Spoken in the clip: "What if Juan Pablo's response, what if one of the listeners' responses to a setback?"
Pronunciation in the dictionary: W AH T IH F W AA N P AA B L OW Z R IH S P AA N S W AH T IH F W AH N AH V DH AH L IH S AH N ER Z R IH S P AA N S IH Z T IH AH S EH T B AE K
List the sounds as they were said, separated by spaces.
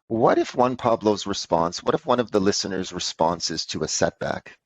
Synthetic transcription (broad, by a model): W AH T IH F W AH N P AA B L OW Z R IH S P AA N S W AH T IH F W AH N AH V DH AH L IH S AH N ER Z R IH S P AA N S IH Z T IH AH S EH T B AE K